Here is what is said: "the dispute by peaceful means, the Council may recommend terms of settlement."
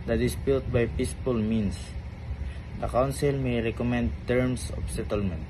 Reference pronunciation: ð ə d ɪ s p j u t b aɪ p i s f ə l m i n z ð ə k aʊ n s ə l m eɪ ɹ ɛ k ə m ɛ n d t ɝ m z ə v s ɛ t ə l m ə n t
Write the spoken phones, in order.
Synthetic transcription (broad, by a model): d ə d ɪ s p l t b aɪ p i s p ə l m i n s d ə k aʊ n s ə l m eɪ ɹ ɛ k ə m ɛ n d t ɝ m s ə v s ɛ t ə l m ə n t